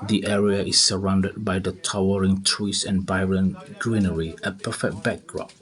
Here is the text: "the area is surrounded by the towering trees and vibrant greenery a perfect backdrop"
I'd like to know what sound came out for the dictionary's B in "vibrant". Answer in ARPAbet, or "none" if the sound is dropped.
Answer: none